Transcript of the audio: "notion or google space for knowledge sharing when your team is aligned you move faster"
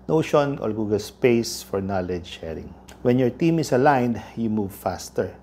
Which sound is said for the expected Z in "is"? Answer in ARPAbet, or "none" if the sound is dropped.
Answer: S